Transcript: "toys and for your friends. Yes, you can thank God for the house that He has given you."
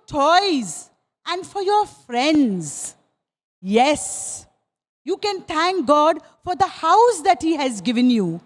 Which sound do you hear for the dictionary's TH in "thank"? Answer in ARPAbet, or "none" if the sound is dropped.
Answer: T